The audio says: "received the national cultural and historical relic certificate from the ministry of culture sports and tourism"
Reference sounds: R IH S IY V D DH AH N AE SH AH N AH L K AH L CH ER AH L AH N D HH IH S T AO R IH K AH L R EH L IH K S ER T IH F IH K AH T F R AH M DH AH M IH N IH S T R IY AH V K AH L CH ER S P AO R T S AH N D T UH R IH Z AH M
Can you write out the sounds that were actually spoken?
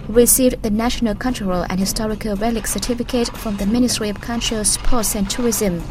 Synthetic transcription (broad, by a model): R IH S IY V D DH AH N AE SH AH N AH L K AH N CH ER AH L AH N HH IH S T AO R IH K AH L R EH L IH K S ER T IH F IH K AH T F R AH M DH AH M IH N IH S T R IY AH V K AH N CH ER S P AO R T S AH N T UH R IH Z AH M